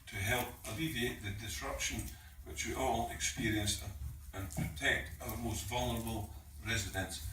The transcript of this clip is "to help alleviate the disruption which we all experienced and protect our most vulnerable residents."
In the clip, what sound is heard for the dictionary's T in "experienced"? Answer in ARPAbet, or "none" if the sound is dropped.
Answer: none